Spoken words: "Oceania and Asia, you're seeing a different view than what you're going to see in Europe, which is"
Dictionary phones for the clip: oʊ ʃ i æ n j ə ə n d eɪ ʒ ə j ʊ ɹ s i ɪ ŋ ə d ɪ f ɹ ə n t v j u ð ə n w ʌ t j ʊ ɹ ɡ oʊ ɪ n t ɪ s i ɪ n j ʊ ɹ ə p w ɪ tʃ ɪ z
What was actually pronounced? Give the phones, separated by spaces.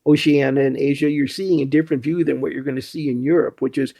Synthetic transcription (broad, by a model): oʊ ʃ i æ n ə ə n eɪ ʒ ə j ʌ ɹ s i ɪ ŋ ə d ɪ f ɹ ə n t v j u ð ə n w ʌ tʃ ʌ ɹ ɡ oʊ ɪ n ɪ s i ɪ n j ʊ ɹ ə p w ɪ tʃ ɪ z